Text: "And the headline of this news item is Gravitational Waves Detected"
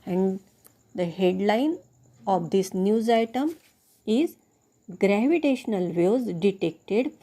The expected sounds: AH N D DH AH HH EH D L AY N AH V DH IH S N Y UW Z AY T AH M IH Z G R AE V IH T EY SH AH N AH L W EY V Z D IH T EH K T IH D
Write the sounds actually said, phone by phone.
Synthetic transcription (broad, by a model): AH N D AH HH EH D L AY N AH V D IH S N Y UW Z AY T AH M IH Z G R AE V IH T EY SH AH N AH L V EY Z D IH T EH K T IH D